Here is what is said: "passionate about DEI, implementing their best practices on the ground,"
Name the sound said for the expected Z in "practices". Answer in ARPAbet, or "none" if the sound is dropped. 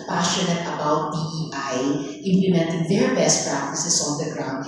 S